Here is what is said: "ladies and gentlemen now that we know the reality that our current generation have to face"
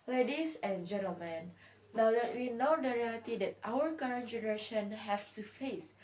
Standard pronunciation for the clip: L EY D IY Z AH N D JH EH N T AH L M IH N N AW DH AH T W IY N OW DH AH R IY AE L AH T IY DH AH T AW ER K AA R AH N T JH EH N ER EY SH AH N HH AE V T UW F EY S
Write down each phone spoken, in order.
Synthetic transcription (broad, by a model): L EY D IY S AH N JH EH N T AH L M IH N N AW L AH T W IY N OW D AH R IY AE L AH T IY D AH T AW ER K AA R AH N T JH EH N ER EY SH AH N HH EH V T UW F EY S